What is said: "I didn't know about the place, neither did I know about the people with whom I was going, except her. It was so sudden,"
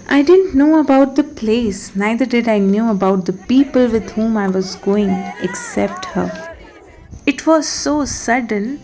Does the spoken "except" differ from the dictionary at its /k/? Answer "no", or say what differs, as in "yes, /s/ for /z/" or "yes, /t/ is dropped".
no